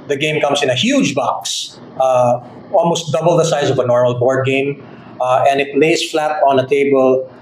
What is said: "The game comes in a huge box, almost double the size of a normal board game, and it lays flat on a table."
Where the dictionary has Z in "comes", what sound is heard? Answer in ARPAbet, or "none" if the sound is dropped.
S